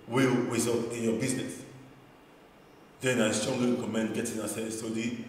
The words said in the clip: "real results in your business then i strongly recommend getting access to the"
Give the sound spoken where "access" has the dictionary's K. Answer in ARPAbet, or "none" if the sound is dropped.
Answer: none